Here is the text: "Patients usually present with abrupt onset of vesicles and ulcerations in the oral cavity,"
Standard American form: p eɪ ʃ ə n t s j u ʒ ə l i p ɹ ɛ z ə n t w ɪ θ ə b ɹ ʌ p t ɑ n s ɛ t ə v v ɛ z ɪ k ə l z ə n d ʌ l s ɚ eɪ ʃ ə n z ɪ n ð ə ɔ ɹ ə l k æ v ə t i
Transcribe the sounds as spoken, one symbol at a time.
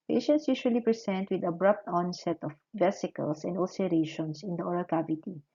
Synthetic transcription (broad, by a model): p eɪ ʃ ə n t s j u ʃ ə l i p ɹ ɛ s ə n t w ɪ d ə b ɹ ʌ p t ɑ n s ɛ t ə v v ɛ s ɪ k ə l s ə n d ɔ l s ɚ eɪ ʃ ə n s ɪ n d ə ɔ ɹ ə l k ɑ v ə t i